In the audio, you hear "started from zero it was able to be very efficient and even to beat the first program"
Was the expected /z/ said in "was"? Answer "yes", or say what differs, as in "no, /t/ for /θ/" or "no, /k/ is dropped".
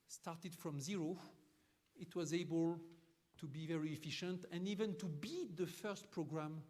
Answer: yes